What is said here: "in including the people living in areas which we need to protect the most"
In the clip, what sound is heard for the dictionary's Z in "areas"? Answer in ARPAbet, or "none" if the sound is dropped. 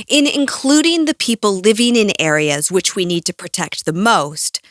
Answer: Z